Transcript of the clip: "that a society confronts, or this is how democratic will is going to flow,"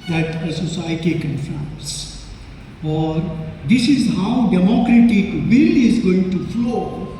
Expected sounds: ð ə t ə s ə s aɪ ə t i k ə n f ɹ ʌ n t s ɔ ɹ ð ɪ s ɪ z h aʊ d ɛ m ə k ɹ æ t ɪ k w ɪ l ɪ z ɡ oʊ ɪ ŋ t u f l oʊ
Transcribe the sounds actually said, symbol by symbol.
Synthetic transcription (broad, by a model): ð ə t ə s ə s aɪ ə t i k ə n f ʌ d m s ɔ ɹ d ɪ s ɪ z h aʊ d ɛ m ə k ɹ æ t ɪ k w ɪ l ɪ z ɡ oʊ ɪ ŋ t u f l oʊ